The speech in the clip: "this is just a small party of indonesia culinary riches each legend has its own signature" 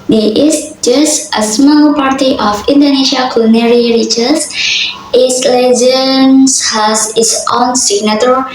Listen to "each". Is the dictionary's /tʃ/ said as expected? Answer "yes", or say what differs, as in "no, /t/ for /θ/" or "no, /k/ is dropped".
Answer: no, /s/ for /tʃ/